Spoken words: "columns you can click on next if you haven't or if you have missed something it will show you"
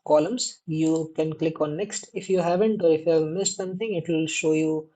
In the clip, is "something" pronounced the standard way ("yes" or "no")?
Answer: no